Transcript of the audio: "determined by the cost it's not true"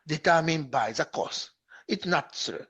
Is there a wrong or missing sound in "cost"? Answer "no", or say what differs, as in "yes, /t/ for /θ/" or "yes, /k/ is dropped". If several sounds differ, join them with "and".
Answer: yes, /t/ is dropped